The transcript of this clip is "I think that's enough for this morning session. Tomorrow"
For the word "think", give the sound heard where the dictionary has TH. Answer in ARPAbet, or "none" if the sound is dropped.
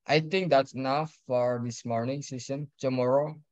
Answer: T